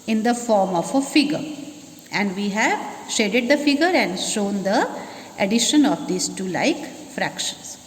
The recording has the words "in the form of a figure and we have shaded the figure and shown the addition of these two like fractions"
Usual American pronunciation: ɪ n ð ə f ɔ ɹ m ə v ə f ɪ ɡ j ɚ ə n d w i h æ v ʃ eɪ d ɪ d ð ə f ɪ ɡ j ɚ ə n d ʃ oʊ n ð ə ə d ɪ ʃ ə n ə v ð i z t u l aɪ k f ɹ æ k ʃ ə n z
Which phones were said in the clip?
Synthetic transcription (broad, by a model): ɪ n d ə f ɔ ɹ m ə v ə f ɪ ɡ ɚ ə n d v i h æ v ʃ eɪ d ɪ d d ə f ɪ ɡ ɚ ə n d ʃ oʊ n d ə ə d ɪ ʃ ə n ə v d i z t u l aɪ k f ɹ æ k ʃ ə n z